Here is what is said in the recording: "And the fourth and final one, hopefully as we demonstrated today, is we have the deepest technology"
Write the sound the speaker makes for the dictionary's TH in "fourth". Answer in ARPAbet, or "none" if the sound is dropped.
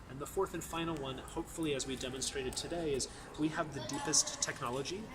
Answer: TH